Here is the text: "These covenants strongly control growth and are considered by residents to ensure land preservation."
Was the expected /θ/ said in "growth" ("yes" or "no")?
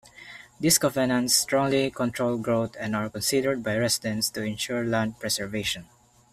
no